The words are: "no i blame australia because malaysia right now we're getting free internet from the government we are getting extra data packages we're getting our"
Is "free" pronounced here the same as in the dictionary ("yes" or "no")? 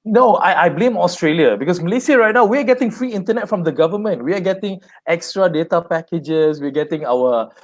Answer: yes